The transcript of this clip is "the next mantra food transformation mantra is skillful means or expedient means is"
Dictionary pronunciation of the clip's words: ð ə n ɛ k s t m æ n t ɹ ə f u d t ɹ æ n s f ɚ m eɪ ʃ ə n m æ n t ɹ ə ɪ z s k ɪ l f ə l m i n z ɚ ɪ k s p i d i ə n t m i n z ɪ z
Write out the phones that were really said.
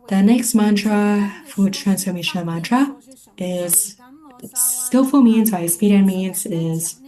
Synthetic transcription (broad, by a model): ð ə n ɛ k s t m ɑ n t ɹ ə f u d t ɹ æ n s f ɚ m eɪ ʃ ə n m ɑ n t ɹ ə ɪ z s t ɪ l f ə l m i n z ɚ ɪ s p i d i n m i n z ɪ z